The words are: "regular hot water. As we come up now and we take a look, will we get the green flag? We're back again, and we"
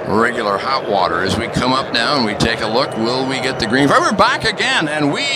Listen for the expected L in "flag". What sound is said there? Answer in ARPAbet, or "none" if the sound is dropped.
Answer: none